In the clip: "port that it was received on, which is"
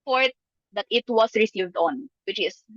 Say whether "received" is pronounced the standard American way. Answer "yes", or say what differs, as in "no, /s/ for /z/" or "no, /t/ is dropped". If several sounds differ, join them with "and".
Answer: yes